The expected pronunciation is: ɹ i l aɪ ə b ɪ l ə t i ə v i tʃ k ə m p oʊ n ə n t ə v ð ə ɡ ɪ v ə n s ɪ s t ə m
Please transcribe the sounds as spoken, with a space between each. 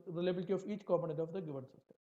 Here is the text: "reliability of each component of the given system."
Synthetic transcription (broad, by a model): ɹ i l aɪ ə b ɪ l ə t i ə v i tʃ k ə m oʊ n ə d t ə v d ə ɡ ɪ v ə n s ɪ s t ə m